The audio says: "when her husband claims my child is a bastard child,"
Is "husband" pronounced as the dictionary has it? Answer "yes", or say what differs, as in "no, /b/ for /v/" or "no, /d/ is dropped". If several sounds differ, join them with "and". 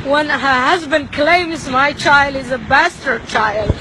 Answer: yes